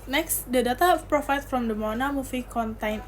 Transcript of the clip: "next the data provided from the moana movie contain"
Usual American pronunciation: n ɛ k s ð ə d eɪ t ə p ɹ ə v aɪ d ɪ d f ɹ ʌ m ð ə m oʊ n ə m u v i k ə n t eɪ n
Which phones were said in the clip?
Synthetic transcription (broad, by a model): n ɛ k s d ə d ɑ t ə p ɹ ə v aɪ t f ɹ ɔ m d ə m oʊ n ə m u f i k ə n t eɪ n